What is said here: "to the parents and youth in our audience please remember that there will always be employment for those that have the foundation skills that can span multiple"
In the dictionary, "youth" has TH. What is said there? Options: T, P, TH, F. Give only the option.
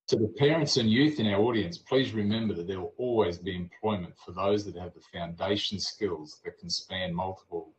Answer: TH